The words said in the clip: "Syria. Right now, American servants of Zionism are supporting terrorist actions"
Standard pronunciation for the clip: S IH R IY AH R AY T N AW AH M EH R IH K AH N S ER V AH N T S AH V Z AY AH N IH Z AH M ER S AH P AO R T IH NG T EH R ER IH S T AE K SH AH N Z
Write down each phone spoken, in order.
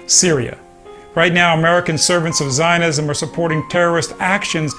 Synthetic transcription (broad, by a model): S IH R IY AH R AY T N AW AH M EH R IH K AH N S ER V AH N T S AH V Z AY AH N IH Z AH M ER S AH P AO R T IH NG T EH R ER IH S T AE K SH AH N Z